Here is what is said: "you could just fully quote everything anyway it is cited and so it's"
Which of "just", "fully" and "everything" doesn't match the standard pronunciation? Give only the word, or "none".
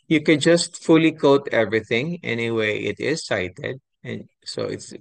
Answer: none